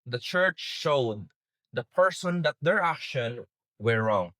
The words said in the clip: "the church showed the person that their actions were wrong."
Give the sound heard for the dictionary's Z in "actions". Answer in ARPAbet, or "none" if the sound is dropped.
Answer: none